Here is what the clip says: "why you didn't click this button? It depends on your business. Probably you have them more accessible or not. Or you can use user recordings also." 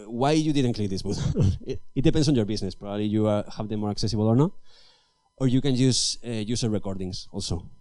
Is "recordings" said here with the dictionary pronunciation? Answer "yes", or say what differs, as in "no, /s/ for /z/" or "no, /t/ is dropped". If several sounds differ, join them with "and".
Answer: no, /s/ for /z/